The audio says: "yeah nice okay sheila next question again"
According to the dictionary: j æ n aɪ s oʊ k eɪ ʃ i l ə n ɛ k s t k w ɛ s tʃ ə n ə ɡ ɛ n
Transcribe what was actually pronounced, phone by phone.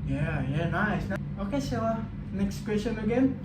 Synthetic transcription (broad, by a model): j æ n aɪ s oʊ k eɪ s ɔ ə n ɛ k s t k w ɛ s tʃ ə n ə ɡ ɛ n